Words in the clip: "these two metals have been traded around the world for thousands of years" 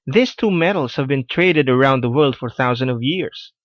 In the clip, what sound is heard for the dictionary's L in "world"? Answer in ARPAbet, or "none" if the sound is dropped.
L